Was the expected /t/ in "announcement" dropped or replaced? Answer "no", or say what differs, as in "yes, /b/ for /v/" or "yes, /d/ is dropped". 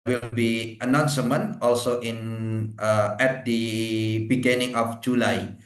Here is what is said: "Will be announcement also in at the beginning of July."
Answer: yes, /t/ is dropped